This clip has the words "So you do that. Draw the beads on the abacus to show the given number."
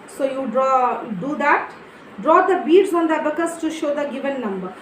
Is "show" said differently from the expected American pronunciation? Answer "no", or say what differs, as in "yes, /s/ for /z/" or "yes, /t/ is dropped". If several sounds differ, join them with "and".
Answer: no